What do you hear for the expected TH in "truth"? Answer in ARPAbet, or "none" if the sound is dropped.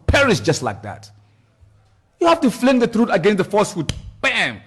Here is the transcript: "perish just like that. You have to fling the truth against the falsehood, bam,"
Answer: T